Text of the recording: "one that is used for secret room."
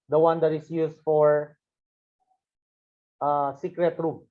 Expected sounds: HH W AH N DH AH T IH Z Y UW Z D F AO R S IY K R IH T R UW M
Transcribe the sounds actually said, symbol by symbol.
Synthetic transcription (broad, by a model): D W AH N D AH T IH S Y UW S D F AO R S IY K R IH T R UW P